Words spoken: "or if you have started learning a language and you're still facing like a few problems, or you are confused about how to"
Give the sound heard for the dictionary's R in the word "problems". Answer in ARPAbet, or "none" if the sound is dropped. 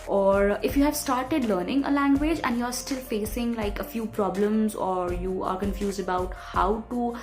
R